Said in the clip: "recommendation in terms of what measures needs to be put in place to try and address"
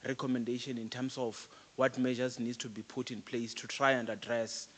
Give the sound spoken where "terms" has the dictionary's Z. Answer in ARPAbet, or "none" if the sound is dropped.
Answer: S